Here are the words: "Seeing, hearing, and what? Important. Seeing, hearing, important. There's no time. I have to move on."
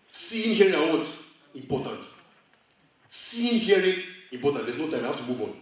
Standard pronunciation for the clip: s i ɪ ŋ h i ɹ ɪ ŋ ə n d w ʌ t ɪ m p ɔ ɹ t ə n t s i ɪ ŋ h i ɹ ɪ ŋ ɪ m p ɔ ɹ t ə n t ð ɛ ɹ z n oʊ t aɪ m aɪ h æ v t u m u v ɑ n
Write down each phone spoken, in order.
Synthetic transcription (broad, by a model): s i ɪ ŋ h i ɪ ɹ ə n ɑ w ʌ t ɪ m p ɔ t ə n t s i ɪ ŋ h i ɹ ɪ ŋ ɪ m p ɔ t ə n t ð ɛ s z n oʊ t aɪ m aɪ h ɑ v t u m u v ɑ n